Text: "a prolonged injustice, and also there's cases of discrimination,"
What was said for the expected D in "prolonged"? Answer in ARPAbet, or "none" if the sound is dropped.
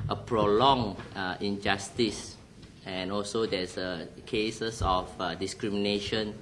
none